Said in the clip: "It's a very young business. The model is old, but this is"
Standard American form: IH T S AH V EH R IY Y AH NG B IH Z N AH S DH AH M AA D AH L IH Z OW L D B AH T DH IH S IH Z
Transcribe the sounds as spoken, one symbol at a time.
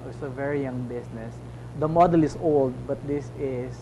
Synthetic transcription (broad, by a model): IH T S AH V EH R IY Y AH NG B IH S N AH S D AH M AA D AH L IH S OW L D B AH T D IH S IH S